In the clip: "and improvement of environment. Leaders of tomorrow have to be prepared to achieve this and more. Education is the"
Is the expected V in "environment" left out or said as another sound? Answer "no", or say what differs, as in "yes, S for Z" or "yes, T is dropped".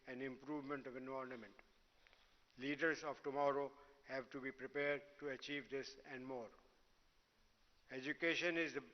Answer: yes, V is dropped